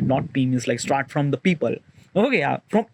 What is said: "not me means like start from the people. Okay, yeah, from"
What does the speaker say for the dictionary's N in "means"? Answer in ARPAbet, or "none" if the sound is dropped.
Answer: none